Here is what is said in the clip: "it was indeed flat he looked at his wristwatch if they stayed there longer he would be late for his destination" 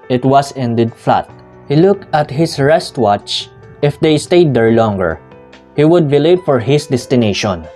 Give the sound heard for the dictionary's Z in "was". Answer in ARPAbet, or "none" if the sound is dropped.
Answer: S